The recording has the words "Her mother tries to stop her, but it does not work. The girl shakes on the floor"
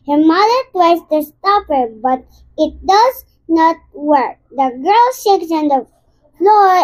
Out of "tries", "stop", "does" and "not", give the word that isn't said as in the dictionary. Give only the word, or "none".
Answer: tries